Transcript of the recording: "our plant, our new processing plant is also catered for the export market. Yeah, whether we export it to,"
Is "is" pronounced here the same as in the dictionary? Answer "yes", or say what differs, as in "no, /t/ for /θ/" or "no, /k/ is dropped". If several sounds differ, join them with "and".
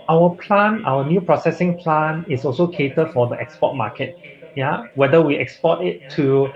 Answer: no, /s/ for /z/